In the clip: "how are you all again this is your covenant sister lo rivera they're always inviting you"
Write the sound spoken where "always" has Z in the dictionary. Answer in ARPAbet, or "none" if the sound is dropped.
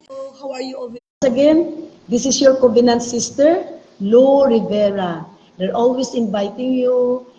S